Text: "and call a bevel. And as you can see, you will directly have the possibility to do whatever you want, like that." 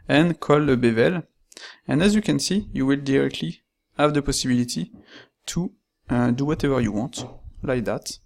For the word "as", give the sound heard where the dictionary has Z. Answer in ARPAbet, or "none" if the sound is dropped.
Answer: Z